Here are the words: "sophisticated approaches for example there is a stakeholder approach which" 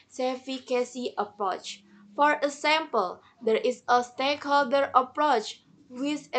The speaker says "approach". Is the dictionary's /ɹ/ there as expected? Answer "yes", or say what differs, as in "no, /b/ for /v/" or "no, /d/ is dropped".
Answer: yes